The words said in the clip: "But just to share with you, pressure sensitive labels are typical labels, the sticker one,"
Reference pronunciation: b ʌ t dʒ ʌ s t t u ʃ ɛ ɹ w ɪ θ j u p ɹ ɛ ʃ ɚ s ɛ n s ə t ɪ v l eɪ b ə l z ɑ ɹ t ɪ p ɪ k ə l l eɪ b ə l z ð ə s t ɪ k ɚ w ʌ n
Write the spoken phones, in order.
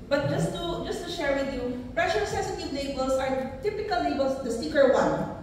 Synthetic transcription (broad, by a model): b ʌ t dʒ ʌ s t t u ʃ ɛ ɹ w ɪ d j u p ɹ ɛ ʃ ɚ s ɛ s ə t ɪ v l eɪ b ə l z ɑ ɹ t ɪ p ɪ k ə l l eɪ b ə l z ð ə s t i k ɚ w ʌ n